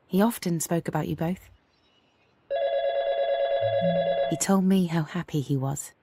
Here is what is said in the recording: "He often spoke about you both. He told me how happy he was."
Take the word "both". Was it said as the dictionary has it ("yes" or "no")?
yes